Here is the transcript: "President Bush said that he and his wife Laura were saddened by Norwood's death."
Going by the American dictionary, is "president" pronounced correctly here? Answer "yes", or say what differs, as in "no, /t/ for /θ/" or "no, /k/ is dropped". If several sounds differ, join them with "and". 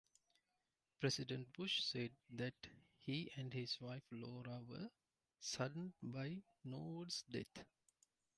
no, /s/ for /z/